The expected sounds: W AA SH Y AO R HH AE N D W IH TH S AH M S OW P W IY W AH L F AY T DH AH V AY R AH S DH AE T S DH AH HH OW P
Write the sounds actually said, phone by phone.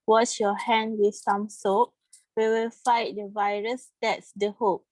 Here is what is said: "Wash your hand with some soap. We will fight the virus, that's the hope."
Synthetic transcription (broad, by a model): W AA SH Y AO HH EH N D W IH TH S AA M S OW P W IY W AH L F AY T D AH V AY R AH S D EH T S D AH HH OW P